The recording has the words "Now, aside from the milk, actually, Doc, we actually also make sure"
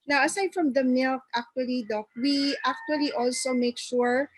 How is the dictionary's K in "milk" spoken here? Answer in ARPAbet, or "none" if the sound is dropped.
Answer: K